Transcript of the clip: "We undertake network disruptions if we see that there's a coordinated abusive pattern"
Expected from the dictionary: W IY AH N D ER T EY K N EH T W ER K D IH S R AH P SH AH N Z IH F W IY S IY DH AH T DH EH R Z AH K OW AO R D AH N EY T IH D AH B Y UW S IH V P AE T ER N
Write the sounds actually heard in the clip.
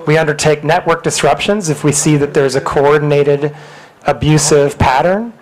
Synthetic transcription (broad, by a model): W IY AH N D ER T EY K N EH T W ER K D IH S R AH P SH AH N Z IH F W IY S IY DH AH T DH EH R Z AH K OW AO R D N EY T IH D AH B Y UW S IH V P AE T ER N